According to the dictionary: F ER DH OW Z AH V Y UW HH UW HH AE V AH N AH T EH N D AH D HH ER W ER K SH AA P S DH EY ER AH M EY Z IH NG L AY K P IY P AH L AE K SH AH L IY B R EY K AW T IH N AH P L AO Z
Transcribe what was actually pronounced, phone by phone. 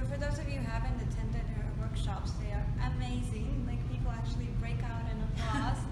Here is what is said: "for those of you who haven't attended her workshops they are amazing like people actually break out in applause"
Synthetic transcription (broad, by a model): F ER DH OW Z AH V Y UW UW HH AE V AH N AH T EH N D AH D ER W ER K SH AA P S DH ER AH M EY Z IH NG L AY K P IY P L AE K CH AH L IY B R EY K AW T IH N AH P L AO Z